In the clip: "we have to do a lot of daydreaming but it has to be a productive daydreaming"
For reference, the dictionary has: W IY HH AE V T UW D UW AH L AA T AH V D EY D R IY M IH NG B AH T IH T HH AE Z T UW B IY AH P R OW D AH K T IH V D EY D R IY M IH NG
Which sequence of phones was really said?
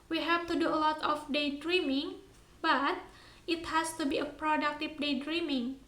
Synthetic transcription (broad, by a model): W IY HH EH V T UW D UW AH L AA T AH F D EY D R IY M IH NG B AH T IH T HH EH S T UW B IY AH P R OW D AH K T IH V D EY D R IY M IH NG